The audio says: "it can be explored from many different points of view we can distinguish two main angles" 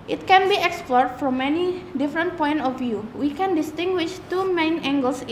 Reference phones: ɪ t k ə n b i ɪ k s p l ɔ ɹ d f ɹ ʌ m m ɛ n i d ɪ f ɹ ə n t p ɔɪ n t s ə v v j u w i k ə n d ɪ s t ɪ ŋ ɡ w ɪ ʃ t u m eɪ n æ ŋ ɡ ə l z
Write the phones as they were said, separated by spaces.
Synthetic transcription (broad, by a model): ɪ t k ə n b i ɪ k s p l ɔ ɹ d f ɹ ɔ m m ɛ n i d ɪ f ɹ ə n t p ɔɪ n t ə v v j u w i k ə n d ɪ s t ɪ ŋ ɡ w ɪ ʃ t u m eɪ n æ ŋ ɡ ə l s